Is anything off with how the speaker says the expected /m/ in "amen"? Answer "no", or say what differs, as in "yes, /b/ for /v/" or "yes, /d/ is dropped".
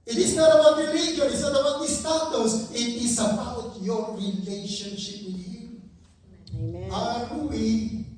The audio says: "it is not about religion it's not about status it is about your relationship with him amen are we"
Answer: yes, /m/ is dropped